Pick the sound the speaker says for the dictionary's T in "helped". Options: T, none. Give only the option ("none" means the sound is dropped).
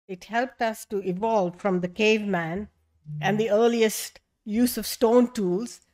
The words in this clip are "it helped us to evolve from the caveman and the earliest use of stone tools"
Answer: T